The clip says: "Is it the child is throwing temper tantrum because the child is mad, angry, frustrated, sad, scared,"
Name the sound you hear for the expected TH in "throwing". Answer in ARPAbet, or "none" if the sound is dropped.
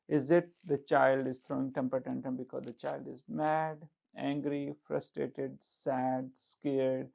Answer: T